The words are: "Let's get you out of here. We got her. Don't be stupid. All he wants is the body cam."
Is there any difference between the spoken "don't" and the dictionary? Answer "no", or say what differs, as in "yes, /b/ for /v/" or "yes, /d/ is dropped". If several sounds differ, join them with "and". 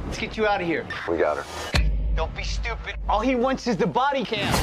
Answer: yes, /l/ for /n/